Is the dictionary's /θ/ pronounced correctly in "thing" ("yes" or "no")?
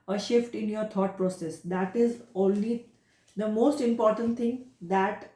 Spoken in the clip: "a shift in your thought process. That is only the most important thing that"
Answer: no